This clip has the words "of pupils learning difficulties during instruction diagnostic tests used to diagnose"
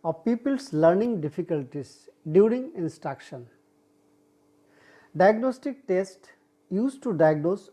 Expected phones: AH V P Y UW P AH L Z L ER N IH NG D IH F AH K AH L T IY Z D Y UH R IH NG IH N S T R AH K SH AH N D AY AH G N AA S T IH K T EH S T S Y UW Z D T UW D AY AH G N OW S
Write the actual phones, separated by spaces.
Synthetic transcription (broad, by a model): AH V P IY P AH L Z L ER N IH NG D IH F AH K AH L T IY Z D Y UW R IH NG IH N S T R AH K SH AH N D AY AH G N AA S T IH K T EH S T Y UW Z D T UW D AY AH G N OW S